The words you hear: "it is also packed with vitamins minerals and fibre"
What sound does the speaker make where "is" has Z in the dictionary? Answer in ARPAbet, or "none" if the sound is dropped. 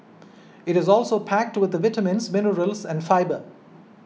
Z